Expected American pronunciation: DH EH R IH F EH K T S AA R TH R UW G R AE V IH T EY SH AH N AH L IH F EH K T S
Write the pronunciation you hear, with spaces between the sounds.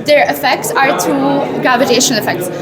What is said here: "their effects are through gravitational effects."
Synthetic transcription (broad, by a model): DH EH R IH F EH K T S AA R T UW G AE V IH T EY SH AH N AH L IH F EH K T S